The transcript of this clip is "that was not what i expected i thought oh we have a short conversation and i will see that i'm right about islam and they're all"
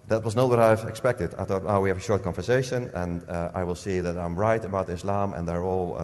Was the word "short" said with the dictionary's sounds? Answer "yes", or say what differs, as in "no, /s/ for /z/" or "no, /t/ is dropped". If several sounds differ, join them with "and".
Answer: yes